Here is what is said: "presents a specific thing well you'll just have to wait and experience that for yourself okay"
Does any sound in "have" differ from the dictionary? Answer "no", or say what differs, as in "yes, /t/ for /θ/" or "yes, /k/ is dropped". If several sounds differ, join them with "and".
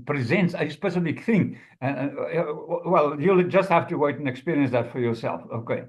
yes, /f/ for /v/